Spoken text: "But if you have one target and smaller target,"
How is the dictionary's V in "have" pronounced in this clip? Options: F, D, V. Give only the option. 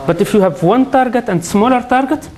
V